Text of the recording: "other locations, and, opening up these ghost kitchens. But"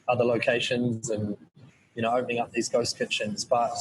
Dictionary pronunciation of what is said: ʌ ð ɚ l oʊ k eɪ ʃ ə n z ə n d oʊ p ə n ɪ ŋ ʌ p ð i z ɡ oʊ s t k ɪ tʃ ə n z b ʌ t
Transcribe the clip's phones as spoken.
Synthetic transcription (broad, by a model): ʌ ð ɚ l oʊ k eɪ ʃ ə n z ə n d oʊ p ə n ɪ ŋ ʌ p ð i z ɡ oʊ s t k ɪ tʃ ə n z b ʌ t